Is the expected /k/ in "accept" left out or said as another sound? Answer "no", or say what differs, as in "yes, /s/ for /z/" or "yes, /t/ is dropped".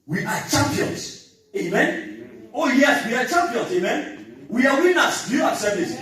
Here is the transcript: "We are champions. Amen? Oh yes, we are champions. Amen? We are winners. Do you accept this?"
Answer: yes, /k/ is dropped